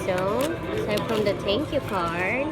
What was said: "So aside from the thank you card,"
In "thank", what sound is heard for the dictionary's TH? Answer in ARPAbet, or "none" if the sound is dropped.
T